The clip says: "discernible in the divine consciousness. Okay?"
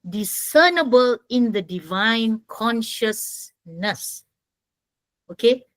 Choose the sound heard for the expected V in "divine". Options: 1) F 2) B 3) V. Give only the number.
3